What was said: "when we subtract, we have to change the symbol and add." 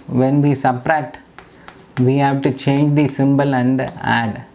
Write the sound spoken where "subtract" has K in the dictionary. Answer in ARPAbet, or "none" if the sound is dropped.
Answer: none